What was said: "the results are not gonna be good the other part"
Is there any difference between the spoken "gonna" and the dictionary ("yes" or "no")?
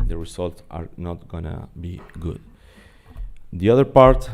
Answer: no